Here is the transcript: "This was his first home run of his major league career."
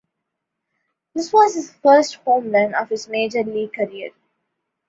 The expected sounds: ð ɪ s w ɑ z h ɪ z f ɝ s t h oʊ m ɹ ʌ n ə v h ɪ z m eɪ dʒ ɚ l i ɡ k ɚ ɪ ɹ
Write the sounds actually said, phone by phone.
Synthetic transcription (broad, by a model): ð ɪ s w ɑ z h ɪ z f ɝ s t h oʊ m l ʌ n ə v h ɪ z m eɪ dʒ ɚ l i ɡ k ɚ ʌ ɹ